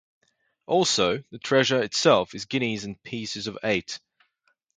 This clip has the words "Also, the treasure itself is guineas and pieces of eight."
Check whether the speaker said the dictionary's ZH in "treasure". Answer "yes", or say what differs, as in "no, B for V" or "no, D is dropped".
yes